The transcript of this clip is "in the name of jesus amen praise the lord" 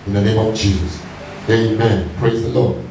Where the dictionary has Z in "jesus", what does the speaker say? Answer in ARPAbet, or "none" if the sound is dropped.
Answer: Z